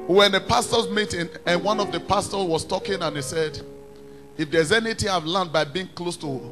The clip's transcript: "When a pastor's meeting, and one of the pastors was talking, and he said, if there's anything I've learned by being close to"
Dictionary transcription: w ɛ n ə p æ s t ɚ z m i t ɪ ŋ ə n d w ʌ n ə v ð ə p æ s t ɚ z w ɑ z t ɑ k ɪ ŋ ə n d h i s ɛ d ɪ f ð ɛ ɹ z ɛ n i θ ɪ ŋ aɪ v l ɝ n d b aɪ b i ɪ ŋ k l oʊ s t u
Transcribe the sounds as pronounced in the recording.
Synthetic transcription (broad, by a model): w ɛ n ə p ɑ s t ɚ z m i t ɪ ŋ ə n w ʌ n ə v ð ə p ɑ s t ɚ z w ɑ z t ɑ k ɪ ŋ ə n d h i s ɛ d ɪ f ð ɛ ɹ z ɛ n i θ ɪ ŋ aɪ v l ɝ n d b aɪ b i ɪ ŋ k l oʊ s t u